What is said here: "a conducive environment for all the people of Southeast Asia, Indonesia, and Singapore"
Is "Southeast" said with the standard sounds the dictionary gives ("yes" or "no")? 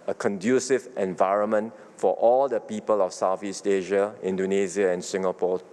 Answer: no